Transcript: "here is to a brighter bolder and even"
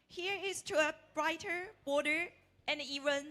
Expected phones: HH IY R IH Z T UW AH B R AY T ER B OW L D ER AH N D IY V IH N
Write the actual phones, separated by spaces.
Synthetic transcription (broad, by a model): HH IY R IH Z T UW AH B R AY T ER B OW D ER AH N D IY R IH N